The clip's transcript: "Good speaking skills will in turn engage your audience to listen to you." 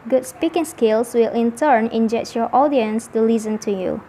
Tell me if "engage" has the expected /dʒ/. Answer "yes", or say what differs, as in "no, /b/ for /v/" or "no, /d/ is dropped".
no, /tʃ/ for /dʒ/